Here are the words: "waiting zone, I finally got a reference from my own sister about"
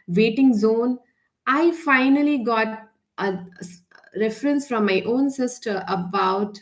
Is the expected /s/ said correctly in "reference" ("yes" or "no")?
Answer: yes